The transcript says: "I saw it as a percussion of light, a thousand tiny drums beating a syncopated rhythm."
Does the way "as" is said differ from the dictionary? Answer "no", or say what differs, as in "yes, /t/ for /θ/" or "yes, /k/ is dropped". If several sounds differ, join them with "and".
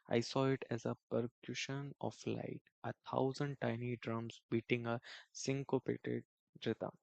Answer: no